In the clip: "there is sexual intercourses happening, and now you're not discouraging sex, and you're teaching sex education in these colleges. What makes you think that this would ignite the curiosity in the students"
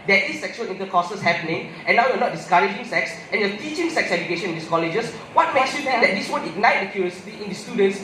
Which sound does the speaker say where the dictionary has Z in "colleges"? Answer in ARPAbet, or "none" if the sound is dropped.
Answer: S